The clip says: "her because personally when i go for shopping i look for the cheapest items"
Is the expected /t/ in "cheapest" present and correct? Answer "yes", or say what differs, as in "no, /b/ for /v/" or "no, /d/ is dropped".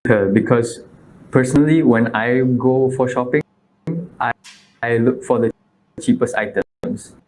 yes